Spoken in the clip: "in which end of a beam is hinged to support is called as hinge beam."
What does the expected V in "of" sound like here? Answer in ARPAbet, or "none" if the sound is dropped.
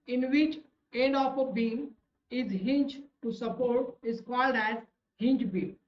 P